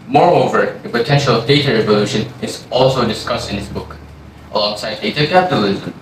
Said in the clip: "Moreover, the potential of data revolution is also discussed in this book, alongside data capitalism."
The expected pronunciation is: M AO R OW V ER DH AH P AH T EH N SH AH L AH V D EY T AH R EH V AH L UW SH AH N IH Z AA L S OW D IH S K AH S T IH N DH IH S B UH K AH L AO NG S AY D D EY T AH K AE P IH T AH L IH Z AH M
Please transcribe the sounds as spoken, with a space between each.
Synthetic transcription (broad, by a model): M AO R OW V ER DH AH P AH T EH N SH AH L AH V D EY T AH R EH V AH L UW SH AH N IH Z AA L S OW D IH S K AH S T IH N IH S B UH K AH L AO NG S AY D D EY T AH K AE P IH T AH L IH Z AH M